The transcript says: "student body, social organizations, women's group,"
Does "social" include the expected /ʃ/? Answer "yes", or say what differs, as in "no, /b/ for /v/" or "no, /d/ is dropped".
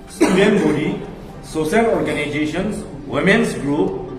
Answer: no, /s/ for /ʃ/